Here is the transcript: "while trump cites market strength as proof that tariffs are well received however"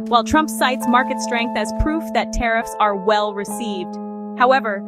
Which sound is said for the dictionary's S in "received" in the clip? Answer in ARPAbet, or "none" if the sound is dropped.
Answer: S